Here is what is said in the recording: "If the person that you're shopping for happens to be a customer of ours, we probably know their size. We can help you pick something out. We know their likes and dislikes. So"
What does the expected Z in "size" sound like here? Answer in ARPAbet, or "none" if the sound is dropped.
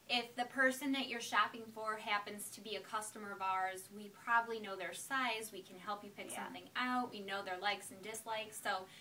Z